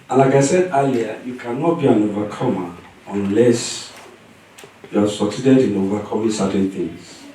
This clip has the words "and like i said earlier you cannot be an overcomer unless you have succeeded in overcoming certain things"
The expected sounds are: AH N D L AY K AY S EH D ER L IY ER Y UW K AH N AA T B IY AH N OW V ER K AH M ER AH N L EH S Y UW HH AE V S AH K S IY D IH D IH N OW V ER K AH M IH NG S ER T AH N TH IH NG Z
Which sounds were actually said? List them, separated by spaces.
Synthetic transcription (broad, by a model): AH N L AY K AY S EH D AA L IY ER Y UW K AH N AA T B IY AH N OW V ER K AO M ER AH N L EH S Y UW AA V S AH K S IY D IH D IH N OW V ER K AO M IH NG S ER T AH N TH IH NG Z